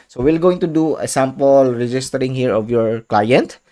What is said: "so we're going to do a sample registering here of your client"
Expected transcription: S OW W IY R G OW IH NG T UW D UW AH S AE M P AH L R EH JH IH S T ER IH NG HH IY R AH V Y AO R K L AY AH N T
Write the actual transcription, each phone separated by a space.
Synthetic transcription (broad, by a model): S OW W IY L G OW IH NG T UW D UW AH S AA M P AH L R EH JH IH S T ER IH NG HH IY R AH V Y AO R K L AY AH N T